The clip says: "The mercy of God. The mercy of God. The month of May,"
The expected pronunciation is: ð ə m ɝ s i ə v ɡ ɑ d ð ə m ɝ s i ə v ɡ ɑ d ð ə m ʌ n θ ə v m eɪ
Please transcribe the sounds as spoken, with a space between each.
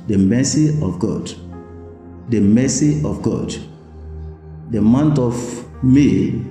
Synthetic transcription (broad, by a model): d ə m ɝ s i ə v ɡ ɑ d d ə m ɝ s i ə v ɡ ɑ d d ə m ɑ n t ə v m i